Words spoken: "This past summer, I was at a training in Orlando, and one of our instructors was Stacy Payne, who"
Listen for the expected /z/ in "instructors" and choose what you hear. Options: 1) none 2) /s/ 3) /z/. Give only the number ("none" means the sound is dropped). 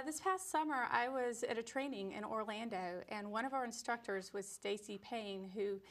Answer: 3